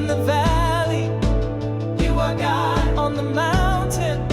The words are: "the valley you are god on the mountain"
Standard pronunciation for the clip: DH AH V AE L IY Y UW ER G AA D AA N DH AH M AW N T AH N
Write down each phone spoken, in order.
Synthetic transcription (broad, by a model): DH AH V AE L IY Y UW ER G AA AH N DH AH M AW N T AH N